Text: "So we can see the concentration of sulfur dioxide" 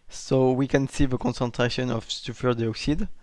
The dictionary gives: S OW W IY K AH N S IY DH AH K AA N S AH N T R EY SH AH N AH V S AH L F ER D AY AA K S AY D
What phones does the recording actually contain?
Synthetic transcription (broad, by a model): S OW W IY K AH N S IY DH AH K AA N S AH N T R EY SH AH N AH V S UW F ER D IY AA K S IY D